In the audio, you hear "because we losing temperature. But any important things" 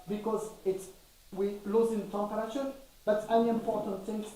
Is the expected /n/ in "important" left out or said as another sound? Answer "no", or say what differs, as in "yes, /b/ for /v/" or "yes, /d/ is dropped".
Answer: no